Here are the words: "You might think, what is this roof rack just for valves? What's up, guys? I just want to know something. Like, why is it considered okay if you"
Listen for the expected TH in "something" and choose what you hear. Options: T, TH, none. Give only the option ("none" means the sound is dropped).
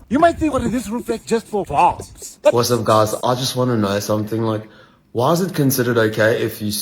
TH